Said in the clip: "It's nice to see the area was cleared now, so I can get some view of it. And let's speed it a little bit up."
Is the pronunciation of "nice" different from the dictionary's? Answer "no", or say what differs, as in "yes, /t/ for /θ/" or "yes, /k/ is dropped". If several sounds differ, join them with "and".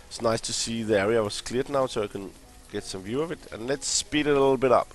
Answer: no